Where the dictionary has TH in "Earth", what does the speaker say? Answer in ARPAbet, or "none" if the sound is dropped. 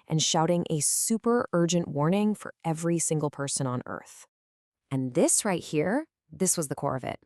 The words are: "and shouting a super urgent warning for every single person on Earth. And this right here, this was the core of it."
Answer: TH